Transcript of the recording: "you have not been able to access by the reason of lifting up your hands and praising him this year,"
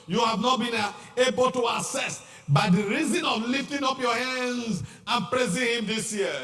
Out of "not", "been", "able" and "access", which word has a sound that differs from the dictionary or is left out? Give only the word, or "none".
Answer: access